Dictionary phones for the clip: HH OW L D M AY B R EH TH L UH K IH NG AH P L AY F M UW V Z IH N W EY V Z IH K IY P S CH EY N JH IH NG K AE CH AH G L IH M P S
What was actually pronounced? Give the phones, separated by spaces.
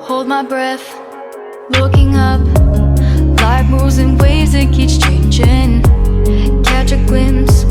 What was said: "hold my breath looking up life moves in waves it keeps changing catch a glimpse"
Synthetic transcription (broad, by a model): HH OW L D M AY B R EH TH L UH K IH NG AH P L AY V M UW Z IH N W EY Z IH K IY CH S CH EY N JH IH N K AE CH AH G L IH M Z